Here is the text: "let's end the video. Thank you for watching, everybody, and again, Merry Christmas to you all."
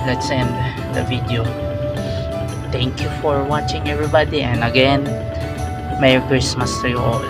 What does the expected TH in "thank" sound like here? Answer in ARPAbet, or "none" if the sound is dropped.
T